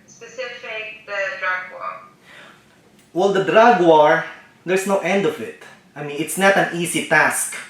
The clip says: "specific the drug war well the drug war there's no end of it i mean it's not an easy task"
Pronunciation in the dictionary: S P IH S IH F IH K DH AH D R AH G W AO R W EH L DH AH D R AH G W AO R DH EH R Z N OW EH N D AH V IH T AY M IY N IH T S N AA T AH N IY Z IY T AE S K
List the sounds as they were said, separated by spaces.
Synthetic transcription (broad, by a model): S P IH S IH F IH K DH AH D R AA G W AO R W EH L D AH D R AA G W AO R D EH R S N OW EH N D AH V IH T AY M IY N IH T S N AA T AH N IY S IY T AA S K